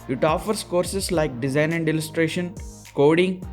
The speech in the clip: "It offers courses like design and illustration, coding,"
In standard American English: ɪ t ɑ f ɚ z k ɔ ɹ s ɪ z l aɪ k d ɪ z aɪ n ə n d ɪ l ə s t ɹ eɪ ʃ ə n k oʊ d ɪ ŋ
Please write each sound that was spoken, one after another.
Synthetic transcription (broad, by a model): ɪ t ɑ f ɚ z k ɔ ɹ s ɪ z l aɪ k d ɪ z aɪ n ə n d ɪ l ə s t ɹ eɪ ʃ ə n k oʊ d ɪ ŋ